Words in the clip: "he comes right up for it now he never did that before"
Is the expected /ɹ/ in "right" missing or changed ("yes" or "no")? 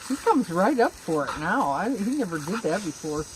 no